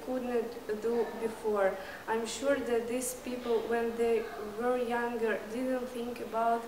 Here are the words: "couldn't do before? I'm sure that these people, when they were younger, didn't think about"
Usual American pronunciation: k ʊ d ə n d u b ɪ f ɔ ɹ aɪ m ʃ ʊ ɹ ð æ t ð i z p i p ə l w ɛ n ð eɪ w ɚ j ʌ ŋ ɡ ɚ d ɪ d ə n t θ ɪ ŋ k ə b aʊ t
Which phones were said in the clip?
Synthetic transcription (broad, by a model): k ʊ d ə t d u b ɪ f ɔ ɹ aɪ m ʃ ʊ ɹ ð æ t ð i s p i p ə l w ɛ n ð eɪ w ɚ j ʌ ŋ ɡ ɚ d ɪ d ə n t θ ɪ ŋ k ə b aʊ t